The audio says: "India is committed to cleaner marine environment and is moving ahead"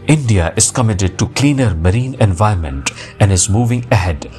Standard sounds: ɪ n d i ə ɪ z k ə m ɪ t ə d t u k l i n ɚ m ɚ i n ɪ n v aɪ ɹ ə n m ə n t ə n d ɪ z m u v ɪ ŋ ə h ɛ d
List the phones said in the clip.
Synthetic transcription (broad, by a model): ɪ n d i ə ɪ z k ə m ɪ t ə d t u k l i n ɚ m ɚ i n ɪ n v aɪ ə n m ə n t ə n d ɪ z m u v ɪ ŋ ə h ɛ d